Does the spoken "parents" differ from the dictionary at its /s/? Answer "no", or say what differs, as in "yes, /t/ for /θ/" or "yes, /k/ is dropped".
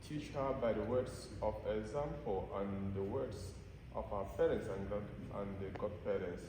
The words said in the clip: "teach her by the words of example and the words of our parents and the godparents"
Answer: no